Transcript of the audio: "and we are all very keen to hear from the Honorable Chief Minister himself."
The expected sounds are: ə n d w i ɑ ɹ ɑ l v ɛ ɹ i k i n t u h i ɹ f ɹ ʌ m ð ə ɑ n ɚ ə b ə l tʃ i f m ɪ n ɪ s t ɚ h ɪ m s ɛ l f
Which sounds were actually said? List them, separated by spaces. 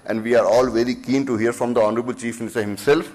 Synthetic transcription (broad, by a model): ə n d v i ɑ ɹ ɑ l v ɛ ɹ i k i n t u h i ɹ f ɹ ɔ m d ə ɑ n ɚ ə b ə l tʃ i f m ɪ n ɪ s t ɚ h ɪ m s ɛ l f